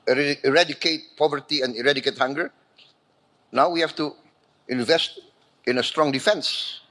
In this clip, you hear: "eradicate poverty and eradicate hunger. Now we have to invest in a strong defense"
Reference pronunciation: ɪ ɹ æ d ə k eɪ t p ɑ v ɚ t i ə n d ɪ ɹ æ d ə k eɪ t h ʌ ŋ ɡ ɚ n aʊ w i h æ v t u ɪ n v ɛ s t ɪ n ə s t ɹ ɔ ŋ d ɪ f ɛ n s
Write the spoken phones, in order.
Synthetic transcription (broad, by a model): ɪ ɹ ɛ d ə k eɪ t p ɑ v ɚ t i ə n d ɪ ɹ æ d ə k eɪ t h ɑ ŋ ɡ ɚ n aʊ w i h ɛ f t u ɪ n v ɛ s t ɪ n ə s t ɹ ɔ ŋ d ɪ f ɛ n s